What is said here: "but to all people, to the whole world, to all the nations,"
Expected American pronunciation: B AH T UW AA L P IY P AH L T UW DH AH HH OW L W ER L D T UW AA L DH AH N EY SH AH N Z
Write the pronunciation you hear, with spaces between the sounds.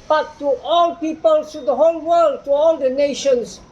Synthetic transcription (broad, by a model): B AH T UW AA L P IY P AH L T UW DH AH HH OW L W ER L D T UW AA L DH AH N EY SH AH N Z